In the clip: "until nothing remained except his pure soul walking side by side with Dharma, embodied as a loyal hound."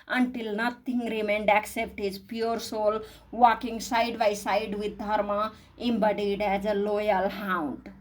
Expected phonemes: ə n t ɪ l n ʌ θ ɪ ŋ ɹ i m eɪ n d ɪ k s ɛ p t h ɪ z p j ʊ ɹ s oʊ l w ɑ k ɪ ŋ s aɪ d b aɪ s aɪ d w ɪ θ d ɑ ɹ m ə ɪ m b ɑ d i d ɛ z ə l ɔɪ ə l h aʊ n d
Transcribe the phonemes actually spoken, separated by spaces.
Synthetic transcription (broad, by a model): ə n t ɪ l n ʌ t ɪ ŋ ɹ i m eɪ n d ɪ k s ɛ p t h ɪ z p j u ɹ s oʊ l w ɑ k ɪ ŋ s aɪ d b aɪ s aɪ d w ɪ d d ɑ ɹ m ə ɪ m b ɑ d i d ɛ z ə l ɔɪ ə l h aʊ n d